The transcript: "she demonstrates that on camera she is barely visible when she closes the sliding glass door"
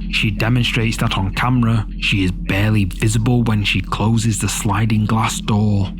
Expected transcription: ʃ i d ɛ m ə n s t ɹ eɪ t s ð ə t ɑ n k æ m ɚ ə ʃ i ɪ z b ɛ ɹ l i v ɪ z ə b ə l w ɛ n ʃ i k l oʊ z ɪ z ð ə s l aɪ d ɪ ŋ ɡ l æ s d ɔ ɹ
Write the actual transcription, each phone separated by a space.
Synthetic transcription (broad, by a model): ʃ i d ɛ m ə n s t ɹ eɪ t s ð ə t n k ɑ m ɚ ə ʃ i ɪ z b ɛ ɹ l i v ɪ z ə b ə l w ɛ n ʃ i k l oʊ z ɪ z ð ə s l aɪ d ɪ ŋ ɡ l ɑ s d ɔ ɹ